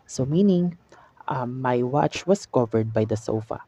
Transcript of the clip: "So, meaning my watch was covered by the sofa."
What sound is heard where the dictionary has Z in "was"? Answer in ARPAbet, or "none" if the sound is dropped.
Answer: S